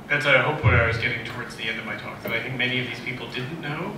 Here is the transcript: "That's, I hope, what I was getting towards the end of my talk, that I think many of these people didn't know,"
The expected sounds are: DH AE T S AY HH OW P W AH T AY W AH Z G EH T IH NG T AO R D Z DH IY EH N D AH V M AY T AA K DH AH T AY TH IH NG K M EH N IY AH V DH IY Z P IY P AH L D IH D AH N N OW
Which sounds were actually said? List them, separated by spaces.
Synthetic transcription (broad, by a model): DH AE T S AY HH OW P W AH T AY W AH Z G EH T IH NG T AO R D Z DH IY EH N D AH V M AY T AA K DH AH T AY TH IH NG K M EH N IY AH V DH IY Z P IY P L D IH D N N OW